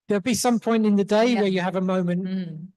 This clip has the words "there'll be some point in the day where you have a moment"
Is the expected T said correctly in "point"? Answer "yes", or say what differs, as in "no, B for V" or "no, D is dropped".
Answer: yes